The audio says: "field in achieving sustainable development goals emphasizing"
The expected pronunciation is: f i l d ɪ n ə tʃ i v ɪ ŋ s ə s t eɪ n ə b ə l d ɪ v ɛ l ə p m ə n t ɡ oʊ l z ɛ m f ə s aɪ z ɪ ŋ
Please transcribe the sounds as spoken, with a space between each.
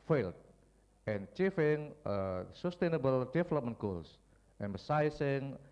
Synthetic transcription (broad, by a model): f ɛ l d ɪ n tʃ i f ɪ ŋ s ə s t eɪ n ə b ə l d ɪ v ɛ l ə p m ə n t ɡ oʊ l s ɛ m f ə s aɪ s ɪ ŋ